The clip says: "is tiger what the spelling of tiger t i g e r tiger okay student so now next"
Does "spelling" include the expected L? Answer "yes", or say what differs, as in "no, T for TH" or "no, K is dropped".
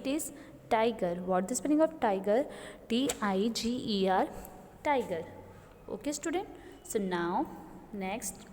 no, N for L